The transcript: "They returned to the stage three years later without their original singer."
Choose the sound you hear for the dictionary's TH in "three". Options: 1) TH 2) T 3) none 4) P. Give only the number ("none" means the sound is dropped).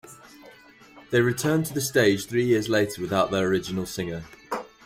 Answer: 1